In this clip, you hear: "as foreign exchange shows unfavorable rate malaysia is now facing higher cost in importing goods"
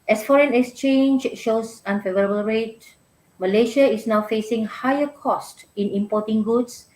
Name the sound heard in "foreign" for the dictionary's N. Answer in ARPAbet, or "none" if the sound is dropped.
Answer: N